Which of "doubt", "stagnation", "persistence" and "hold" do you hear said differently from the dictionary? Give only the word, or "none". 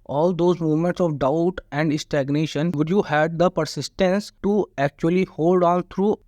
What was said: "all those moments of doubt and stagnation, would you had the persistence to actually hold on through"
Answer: none